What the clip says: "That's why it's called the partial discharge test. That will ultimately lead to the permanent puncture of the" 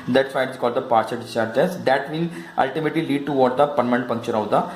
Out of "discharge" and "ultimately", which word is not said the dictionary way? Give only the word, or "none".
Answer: discharge